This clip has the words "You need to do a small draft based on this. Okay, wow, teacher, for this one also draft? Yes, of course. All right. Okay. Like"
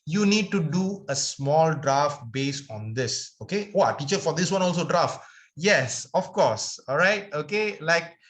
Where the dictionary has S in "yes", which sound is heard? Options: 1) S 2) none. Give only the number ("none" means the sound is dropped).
1